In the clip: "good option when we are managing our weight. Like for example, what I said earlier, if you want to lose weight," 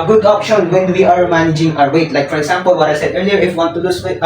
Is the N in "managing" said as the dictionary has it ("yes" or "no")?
yes